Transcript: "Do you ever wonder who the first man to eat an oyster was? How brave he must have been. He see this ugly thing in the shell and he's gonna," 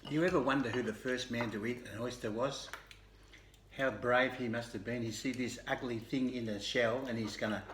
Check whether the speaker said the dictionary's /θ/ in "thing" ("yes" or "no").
yes